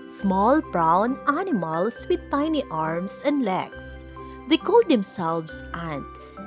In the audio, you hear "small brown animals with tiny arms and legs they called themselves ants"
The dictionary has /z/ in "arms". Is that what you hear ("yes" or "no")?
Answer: no